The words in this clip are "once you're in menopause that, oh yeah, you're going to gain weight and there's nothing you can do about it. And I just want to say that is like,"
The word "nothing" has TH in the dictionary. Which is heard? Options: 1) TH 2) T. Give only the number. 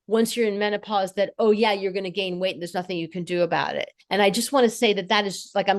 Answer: 1